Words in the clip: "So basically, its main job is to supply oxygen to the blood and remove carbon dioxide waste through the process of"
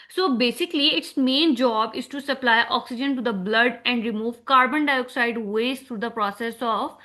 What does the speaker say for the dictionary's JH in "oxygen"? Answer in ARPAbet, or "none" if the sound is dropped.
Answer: JH